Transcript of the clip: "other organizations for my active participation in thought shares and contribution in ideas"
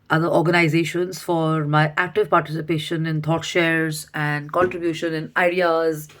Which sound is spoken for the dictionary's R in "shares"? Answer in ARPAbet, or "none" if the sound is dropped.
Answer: R